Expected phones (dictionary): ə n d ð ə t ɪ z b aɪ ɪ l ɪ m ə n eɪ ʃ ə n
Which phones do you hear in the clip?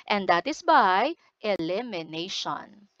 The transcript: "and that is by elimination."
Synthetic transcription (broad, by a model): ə n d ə t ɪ s b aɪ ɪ l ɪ m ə n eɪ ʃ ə n